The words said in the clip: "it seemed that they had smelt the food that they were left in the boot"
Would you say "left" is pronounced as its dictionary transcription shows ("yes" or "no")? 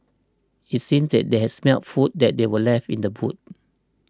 no